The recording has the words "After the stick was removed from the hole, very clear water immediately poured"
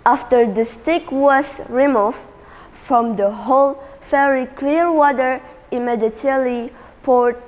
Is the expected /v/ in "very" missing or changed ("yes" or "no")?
yes